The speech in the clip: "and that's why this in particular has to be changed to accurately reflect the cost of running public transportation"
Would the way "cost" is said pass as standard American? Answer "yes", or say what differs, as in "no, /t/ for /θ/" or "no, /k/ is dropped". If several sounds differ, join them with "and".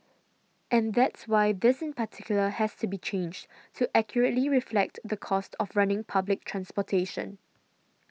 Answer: yes